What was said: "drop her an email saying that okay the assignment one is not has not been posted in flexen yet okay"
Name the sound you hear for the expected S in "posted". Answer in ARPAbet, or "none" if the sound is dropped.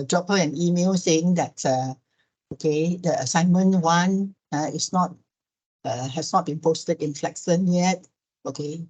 S